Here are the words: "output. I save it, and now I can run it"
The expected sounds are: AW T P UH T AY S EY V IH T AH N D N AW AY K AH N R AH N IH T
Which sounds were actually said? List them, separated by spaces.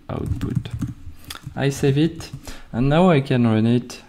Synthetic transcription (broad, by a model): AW T P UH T AY S EY V IH T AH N N AW AY K AH N R AH N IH T